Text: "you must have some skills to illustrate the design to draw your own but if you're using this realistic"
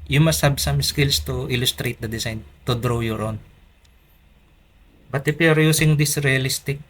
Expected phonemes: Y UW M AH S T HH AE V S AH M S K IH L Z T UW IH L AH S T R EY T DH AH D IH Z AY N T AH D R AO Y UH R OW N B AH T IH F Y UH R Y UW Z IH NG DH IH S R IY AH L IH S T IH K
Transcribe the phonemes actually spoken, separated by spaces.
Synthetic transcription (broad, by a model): Y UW M AH S T HH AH B S AH M S K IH L S T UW IH L AH S T R EY T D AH D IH S AY N T AH D R AO Y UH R OW N B AH T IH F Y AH R Y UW S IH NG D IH S R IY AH L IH S T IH K